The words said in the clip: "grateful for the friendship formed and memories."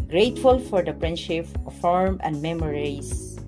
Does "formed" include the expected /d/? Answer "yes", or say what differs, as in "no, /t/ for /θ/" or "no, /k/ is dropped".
no, /d/ is dropped